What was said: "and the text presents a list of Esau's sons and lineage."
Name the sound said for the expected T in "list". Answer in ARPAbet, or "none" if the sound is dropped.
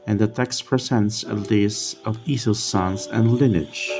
none